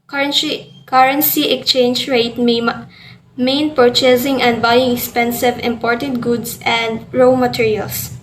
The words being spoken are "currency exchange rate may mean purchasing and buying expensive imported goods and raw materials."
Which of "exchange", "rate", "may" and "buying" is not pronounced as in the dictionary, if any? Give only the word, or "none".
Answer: exchange